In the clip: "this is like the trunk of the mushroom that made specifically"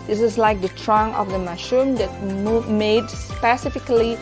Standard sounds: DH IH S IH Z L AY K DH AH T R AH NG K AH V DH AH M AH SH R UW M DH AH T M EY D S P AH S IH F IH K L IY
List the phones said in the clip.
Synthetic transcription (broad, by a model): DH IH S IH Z L AY K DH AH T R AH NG AH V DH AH M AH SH UW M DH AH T M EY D S P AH S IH F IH K L IY